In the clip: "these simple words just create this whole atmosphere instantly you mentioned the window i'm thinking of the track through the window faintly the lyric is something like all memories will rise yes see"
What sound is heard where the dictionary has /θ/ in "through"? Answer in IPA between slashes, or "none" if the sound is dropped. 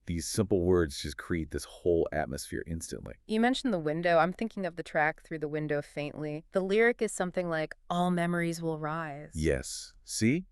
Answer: /θ/